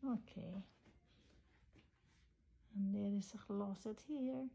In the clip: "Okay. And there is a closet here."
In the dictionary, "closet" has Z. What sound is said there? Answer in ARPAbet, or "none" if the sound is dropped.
S